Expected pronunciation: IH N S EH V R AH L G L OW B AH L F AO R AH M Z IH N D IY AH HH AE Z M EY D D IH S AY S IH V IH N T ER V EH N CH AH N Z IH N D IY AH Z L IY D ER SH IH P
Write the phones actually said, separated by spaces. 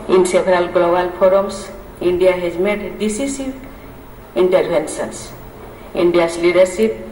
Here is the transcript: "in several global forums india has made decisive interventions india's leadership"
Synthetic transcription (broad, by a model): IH N S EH B R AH L G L OW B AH L P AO R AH M S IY N D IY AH HH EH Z M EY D D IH S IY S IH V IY N T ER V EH N S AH N S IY N D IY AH S L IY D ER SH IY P